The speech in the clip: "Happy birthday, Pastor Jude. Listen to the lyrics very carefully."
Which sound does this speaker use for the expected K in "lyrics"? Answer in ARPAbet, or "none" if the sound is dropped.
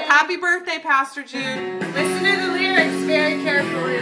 none